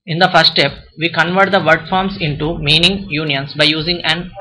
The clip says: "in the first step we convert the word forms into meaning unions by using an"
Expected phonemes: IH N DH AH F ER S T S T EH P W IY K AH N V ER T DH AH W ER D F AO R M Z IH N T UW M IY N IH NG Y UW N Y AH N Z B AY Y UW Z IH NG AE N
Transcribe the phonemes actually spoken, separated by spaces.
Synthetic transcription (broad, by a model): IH N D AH F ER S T S T EH P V IY K AH N V ER T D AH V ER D F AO R M S IH N T UW M IY N IH NG Y UW N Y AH N S B AY Y UW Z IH NG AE N